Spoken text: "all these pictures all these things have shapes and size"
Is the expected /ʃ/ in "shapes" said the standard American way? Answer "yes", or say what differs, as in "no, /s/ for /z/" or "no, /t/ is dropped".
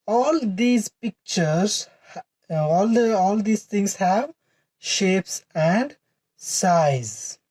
yes